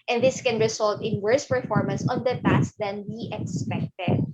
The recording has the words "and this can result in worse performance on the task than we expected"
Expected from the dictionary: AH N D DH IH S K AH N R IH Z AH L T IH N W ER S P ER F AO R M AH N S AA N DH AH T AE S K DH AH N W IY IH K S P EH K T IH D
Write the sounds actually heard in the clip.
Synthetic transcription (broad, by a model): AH N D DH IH S K AH N R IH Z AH L T IH N W ER S P ER F AO R M AH N S AA N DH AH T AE S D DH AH N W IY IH K S P EH K T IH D